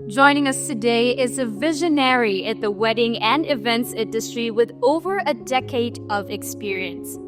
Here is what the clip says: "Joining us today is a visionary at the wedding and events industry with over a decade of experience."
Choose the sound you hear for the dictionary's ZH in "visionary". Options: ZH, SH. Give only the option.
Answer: ZH